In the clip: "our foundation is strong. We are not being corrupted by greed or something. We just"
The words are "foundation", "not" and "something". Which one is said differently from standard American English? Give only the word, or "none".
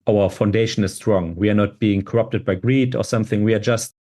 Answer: none